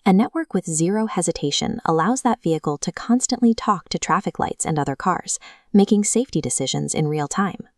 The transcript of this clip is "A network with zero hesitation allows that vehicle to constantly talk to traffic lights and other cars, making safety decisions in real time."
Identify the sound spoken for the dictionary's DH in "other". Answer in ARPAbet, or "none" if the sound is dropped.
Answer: DH